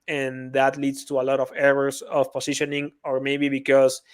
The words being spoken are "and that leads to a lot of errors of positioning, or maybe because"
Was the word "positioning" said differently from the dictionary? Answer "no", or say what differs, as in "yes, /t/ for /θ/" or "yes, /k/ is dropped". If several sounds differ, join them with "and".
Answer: yes, /s/ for /z/